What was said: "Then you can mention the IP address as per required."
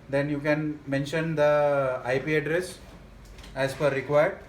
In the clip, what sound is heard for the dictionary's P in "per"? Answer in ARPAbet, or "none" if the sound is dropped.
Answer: F